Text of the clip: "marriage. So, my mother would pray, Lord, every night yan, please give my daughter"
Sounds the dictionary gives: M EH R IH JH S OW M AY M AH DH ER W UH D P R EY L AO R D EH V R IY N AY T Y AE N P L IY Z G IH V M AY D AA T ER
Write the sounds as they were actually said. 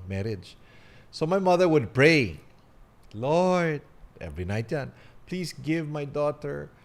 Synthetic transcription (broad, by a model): M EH R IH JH S OW M AY M AH DH ER W UH D P R EY L AO R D EH V R IY N AY T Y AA N P L IY S G IH V M AY D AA T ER